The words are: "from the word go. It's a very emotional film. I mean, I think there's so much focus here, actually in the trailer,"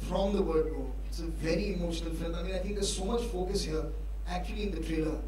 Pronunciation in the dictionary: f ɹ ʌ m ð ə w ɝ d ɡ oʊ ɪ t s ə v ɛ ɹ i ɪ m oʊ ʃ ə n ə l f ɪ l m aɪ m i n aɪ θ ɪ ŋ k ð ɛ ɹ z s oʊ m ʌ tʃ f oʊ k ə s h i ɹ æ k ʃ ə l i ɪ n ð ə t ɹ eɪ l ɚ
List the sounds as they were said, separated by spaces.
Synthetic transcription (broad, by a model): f ɹ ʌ m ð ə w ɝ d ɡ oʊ ɪ t s ə v ɛ ɹ i ɪ m oʊ ʃ ə n ə l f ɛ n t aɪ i aɪ t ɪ ŋ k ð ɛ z s oʊ m ʌ tʃ f oʊ k ə s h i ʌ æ k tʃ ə l i ɪ n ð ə t ɹ eɪ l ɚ